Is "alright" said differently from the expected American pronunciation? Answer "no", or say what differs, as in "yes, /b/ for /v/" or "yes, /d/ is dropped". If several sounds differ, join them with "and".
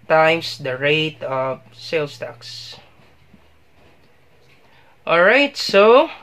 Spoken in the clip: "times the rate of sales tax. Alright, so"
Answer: no